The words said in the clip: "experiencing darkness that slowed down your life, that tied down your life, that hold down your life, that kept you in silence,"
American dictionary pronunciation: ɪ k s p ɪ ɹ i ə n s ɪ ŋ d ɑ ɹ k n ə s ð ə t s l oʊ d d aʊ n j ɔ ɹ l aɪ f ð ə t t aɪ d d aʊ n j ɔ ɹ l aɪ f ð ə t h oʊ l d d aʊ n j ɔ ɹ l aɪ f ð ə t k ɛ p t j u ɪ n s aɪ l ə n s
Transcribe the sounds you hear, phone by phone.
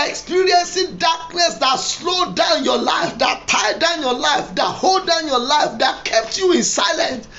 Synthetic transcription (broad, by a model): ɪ k s p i ɹ i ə n s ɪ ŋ d ɑ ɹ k n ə s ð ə t s l oʊ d d aʊ n j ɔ l aɪ f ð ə t t aɪ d d aʊ n j ɔ l aɪ f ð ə t h oʊ l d d aʊ n j ɔ l aɪ f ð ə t k ɛ p t j u ɪ n s aɪ l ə n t